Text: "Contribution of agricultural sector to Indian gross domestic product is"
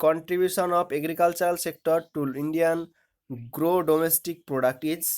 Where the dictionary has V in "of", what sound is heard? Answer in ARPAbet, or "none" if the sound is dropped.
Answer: P